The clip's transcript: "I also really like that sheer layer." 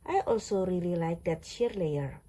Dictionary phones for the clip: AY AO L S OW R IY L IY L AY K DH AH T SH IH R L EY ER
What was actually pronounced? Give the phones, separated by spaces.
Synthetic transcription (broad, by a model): AY AO L S OW R IY L IY L AY K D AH T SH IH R L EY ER